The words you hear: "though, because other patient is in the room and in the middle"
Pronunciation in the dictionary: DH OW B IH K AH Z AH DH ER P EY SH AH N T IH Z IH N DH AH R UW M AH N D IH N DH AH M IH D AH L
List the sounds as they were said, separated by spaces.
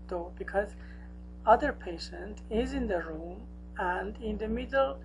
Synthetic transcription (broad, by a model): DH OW B IH K AH Z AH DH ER P EY SH AH N T IH Z IH N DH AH R UW M AH N D IH N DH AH M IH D L